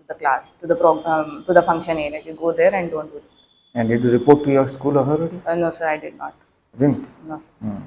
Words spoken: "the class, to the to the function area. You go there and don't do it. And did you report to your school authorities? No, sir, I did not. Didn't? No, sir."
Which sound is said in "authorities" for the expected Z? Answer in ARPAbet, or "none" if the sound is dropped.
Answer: none